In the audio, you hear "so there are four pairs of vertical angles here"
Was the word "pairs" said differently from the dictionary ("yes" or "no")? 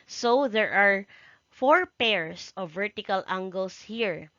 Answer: yes